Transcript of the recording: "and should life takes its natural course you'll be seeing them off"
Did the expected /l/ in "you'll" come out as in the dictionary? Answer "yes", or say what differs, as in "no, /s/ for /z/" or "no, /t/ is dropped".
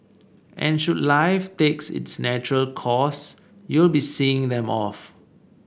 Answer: yes